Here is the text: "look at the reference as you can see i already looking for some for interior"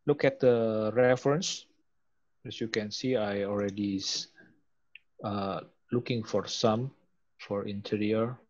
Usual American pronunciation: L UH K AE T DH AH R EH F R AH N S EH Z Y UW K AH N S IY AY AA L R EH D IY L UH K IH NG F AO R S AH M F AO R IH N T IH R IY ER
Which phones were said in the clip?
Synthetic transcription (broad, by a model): L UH K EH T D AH R EH F R AH N S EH S Y UW K AH N S IY AY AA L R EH D IY L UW K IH NG F AO R S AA M F AO R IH N T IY R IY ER